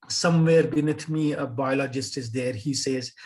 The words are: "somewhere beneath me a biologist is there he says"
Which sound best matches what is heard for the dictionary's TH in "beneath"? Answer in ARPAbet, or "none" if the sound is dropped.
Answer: T